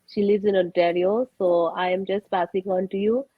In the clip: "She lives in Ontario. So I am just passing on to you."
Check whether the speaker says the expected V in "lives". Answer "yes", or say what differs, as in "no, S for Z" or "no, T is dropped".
no, V is dropped